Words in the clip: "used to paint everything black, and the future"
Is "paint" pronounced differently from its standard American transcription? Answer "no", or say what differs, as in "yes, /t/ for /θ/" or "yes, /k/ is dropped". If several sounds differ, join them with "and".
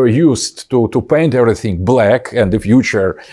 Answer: no